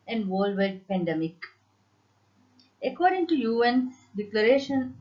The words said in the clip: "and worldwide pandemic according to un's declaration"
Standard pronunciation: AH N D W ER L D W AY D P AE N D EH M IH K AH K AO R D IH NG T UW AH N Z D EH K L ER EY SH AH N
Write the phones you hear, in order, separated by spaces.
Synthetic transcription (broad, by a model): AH N D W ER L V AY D P AE N D EH M IH K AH K AO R D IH NG T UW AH N D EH K L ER EY SH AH N